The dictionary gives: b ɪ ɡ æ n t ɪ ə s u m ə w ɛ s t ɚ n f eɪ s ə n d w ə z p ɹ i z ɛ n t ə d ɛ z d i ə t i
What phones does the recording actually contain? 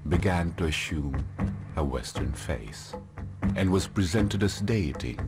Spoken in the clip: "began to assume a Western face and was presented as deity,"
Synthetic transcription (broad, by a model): b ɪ ɡ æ n t ɪ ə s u m ə w ɛ s t ɚ n f eɪ s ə n w ə z p ɹ i z ɛ n t ə d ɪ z d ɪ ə t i